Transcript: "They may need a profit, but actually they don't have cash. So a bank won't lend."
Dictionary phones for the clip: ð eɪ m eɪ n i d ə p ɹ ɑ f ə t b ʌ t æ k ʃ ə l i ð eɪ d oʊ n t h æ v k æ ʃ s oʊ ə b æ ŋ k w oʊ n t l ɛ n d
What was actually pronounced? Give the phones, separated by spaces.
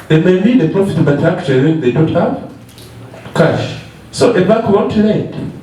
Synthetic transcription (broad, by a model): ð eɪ m eɪ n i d ə p ɹ ɑ f ə t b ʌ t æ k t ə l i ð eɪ d oʊ n t h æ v k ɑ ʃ s oʊ ə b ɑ k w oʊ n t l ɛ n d